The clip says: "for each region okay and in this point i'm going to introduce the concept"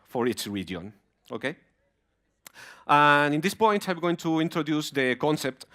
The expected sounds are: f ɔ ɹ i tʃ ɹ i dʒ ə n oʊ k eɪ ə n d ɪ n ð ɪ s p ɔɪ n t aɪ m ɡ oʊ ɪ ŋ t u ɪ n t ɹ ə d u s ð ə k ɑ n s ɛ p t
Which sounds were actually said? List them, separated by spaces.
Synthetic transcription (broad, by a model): f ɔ ɹ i s ɹ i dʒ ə n oʊ k eɪ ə n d ɪ n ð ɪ s p ɔɪ n t aɪ m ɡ oʊ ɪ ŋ t u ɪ n t ɹ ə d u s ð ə k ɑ n s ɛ p t